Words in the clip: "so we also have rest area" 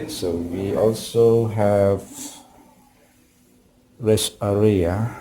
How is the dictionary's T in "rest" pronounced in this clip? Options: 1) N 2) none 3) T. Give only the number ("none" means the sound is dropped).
2